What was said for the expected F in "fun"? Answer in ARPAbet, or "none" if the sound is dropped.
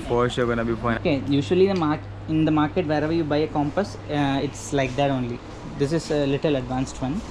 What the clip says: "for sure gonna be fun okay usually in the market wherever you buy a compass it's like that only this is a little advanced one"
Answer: P